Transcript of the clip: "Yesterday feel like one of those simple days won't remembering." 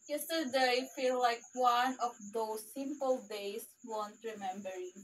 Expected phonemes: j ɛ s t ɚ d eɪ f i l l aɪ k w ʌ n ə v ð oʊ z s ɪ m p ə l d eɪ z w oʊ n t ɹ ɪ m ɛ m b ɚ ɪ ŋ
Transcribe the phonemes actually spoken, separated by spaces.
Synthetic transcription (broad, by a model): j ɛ s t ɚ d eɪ f i l l aɪ k w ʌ n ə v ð oʊ s ɪ m p ə l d eɪ s w oʊ n t ɹ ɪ m ɛ m b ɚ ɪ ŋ